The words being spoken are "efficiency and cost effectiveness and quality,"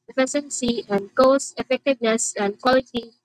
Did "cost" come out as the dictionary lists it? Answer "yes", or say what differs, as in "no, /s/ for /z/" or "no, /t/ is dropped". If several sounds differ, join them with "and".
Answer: no, /t/ is dropped